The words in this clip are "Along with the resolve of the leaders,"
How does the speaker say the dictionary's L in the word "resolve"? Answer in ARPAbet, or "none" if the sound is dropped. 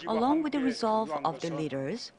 L